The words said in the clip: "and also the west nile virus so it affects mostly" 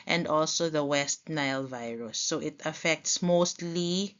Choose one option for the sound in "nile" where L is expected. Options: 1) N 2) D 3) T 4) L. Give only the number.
4